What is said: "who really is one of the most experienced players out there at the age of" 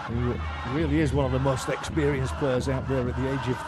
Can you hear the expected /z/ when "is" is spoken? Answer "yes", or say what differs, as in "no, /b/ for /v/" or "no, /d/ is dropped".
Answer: yes